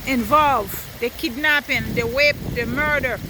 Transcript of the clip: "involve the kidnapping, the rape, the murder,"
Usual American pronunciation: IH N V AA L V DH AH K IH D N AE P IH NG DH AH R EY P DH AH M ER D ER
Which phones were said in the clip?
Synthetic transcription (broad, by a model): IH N V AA L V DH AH K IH D N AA P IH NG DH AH W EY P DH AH M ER D ER